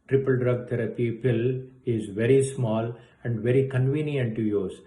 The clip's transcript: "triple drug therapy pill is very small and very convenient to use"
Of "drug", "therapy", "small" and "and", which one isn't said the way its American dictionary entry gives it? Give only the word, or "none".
therapy